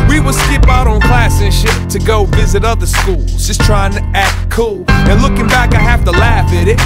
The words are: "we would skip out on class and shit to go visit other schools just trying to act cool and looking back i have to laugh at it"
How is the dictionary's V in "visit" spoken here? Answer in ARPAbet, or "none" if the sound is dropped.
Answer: V